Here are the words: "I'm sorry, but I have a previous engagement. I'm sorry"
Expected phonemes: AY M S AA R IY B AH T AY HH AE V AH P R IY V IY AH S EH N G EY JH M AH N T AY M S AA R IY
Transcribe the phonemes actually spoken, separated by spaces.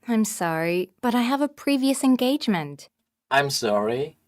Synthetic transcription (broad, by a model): AY M S AA R IY B AH T AY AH V AH P R IY V IY AH S EH N G EY JH M AH N T AY M S AA R IY